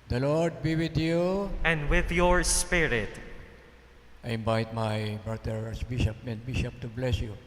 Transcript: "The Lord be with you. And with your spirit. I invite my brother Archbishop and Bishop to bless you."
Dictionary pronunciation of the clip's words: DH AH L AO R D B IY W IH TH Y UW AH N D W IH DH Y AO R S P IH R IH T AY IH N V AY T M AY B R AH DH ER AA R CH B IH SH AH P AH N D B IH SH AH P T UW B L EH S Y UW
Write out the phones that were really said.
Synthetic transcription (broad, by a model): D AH L AO R D B IY W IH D Y UW AH N D W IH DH Y AO R S P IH R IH T AY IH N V AY T M AY B R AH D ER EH R S B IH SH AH P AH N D B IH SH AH P T UW B L EH S Y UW